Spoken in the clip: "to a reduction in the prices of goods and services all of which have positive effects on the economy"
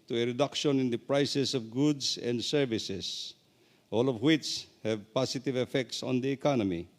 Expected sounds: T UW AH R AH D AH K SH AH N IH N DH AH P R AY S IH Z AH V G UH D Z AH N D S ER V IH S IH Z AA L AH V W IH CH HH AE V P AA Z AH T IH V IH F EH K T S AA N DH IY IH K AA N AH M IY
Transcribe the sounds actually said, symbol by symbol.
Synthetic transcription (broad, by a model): T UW AH R AH D AH K SH AH N IH N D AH P R AY S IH S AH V G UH D S AH N D S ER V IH S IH S AA L AH V W IH CH HH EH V P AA S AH T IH V IH F EH K T S AA N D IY K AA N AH M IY